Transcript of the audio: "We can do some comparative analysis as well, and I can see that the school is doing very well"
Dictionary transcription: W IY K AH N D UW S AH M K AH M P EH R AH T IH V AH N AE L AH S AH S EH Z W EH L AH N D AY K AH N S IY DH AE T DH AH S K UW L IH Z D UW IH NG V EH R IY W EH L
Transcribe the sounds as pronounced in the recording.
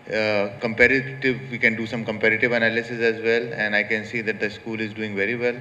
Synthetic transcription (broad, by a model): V IY K AH N D UW S AH M K AH M P EH R AH T IH V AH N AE L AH S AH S EH Z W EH L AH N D AY K AH N S IY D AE T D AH S K UW L IH Z D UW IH NG V EH R IY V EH L